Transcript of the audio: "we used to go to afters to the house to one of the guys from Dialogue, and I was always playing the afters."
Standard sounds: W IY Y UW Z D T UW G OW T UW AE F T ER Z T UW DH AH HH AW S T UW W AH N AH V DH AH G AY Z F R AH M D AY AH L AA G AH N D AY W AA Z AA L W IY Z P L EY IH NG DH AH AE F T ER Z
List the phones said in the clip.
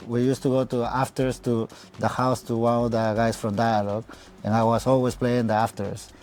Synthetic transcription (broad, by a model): W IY Y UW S T UW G OW T UW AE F T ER S T UW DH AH HH AW S T UW W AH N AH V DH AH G AY S F R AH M D AY AH L AA G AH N AY W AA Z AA L W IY S P L EY IH NG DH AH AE F T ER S